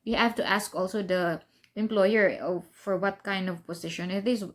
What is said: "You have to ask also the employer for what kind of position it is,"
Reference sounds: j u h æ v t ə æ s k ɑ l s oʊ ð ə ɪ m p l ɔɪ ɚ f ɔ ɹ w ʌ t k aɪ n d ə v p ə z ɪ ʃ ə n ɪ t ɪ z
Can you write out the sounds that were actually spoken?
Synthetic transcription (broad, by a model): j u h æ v t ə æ s k ɑ l s oʊ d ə ɪ m p l ɔɪ ɚ f ɔ ɹ w ʌ t k aɪ n d ə v p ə s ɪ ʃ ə n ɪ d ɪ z